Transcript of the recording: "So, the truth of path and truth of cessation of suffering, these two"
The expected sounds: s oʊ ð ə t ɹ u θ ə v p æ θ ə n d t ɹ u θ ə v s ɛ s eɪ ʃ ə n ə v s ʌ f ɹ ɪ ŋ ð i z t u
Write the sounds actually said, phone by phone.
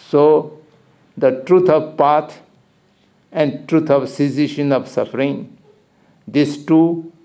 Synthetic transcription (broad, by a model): s oʊ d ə t ɹ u t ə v p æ t ə n d t ɹ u t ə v s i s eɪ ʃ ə n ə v s ʌ f ɹ ɪ ŋ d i s t u